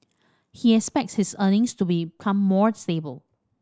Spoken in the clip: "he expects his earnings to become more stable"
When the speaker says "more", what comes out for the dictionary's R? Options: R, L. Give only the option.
R